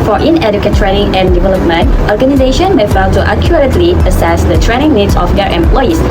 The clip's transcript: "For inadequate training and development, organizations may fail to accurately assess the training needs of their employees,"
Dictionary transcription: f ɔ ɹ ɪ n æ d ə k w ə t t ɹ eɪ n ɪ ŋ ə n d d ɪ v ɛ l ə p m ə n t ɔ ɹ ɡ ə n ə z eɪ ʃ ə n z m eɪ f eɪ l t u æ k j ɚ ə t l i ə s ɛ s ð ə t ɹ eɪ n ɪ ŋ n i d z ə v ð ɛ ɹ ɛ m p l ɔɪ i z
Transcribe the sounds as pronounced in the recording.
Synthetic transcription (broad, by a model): f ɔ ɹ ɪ n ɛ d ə k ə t t ɹ eɪ n ɪ ŋ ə n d d ɪ v ɛ l ə p m ə n t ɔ ɹ ɡ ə n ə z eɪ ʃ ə n m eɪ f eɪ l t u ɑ k j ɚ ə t l i ə s ɛ s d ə t ɹ eɪ n ɪ ŋ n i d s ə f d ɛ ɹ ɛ m p l ɔɪ i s